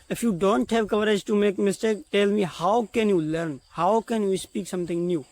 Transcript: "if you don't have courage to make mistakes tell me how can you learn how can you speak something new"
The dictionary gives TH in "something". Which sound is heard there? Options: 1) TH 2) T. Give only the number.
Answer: 2